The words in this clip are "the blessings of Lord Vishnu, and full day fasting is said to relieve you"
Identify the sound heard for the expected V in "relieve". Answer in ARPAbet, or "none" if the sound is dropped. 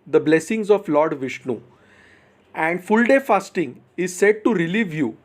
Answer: V